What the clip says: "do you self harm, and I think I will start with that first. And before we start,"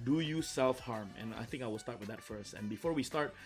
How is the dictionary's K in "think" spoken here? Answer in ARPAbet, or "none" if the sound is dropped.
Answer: K